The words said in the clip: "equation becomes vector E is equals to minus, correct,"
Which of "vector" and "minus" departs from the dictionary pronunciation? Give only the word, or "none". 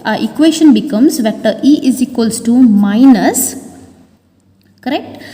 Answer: vector